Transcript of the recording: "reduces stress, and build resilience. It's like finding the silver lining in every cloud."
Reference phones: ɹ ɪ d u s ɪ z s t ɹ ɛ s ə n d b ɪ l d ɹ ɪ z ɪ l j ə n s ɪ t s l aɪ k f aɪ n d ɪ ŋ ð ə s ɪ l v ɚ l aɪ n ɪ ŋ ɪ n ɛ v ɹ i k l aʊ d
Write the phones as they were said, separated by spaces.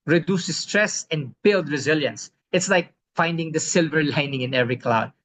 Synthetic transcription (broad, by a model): ɹ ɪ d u s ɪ s t ɹ ɛ s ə n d b ɪ l d ɹ ɪ z ɪ l j ə n s ɪ t s l aɪ k f aɪ n d ɪ ŋ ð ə s ɪ l v ɚ l aɪ n ɪ ŋ ɪ n ɛ v ɹ i k l aʊ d